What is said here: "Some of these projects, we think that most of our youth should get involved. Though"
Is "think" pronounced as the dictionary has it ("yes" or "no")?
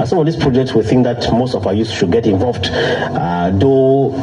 yes